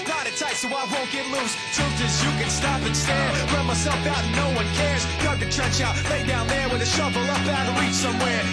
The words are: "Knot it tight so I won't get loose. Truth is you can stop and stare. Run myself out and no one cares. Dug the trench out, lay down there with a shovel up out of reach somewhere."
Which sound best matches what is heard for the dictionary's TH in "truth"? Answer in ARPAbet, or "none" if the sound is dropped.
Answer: T